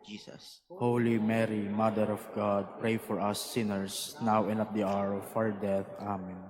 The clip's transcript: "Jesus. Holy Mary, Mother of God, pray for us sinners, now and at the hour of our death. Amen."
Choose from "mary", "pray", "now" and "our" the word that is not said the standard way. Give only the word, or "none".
none